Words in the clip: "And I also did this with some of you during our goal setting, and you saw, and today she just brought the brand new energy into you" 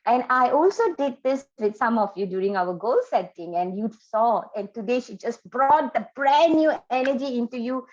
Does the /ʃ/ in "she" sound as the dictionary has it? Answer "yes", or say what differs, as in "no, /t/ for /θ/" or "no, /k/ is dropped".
yes